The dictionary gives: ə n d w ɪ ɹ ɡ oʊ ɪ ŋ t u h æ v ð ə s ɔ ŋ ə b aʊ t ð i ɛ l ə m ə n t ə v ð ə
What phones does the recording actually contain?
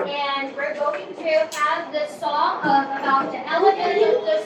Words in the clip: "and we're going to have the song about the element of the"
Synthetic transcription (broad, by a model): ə n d w ɪ ɹ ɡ oʊ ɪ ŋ t u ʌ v ð ə s ɔ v ə b aʊ t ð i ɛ l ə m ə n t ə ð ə